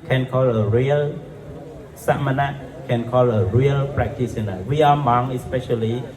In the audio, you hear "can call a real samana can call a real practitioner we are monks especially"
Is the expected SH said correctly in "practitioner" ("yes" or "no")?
no